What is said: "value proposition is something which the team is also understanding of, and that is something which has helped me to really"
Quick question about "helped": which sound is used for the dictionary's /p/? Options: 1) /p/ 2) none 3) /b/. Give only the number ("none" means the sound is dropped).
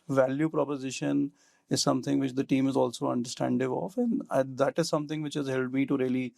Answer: 2